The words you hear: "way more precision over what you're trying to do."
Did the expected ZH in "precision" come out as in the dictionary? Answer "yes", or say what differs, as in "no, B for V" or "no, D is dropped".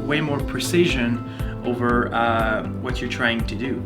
yes